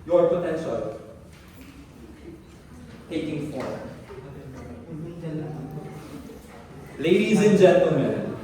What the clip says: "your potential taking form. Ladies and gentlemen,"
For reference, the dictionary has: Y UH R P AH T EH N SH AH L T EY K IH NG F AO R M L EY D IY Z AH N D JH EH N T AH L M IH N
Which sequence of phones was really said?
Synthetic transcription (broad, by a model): Y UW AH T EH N S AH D T EY K IH NG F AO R L EY D IY Z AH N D JH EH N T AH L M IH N